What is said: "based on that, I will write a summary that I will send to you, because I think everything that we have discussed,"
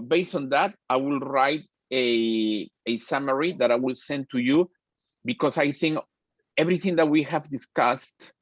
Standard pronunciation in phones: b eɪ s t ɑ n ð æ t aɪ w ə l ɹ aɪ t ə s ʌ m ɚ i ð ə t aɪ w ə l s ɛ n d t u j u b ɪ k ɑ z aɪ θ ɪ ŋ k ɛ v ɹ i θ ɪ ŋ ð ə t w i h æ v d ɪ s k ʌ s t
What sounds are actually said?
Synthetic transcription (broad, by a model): b eɪ s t ɑ n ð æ t aɪ w ə l ɹ aɪ t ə s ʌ m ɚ i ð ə t aɪ w ə l s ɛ n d t u j u b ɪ k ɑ s aɪ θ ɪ ŋ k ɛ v ɹ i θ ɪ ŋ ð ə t w i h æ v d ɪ s k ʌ s t